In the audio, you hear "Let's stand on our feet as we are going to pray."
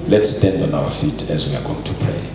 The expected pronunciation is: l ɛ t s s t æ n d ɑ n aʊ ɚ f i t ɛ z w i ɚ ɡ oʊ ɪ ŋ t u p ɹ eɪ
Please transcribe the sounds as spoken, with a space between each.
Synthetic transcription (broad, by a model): l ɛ t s s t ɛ n d ɑ n aʊ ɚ f i t ɛ z w i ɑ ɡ oʊ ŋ t u p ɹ eɪ